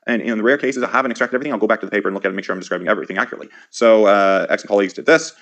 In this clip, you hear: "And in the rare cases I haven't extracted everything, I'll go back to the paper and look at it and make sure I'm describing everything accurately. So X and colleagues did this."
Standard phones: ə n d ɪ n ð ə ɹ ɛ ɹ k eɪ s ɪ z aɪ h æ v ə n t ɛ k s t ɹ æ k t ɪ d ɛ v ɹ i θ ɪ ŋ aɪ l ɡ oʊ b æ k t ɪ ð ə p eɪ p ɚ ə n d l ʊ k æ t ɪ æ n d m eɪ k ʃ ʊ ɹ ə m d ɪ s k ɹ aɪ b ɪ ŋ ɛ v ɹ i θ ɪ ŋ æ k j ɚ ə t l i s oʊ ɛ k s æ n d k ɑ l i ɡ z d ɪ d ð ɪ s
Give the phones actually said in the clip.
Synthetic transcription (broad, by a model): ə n ɪ n ð ə ɹ ɛ ɹ k eɪ s ɪ z aɪ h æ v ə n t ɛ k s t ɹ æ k t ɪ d ɛ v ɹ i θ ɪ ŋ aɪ l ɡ oʊ b æ k t ɪ ð ə p eɪ p ɚ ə n l ʊ k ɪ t ɪ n m eɪ k ʃ ʊ ɹ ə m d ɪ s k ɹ aɪ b ɪ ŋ ɛ v ɹ i θ ɪ ŋ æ k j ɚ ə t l i s oʊ ɛ k s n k ɑ l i ɡ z d ɪ d ð ɪ s